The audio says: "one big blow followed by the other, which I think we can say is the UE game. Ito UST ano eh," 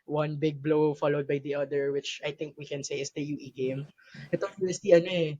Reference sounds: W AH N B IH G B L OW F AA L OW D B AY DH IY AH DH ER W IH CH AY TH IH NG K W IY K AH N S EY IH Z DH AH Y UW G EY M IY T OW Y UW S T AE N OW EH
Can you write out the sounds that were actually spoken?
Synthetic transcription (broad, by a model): W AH N B IH G B L OW F AA L OW D B AY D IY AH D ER W IH CH AY T IH NG K W IY K AH N S EY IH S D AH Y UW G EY M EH T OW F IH S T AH N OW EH